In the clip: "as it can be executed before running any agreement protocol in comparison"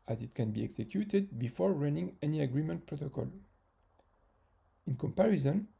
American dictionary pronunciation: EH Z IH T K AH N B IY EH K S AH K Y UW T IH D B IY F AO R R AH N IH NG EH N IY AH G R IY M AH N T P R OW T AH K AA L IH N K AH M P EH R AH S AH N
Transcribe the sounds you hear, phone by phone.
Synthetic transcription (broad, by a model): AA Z IH T K AH N B IY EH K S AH K Y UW T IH D B IY F AO R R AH N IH NG EH N IY AH G R IY M AH N T P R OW T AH K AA L IH N K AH M P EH R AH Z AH N